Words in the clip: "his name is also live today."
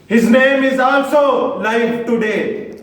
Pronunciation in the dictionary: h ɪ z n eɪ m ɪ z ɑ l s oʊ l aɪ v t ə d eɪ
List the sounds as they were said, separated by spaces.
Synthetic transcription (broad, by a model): h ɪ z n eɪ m ɪ z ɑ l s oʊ l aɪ f t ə d eɪ